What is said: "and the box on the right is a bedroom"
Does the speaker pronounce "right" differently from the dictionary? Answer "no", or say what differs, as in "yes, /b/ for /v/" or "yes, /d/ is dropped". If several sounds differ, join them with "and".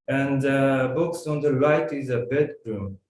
yes, /l/ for /ɹ/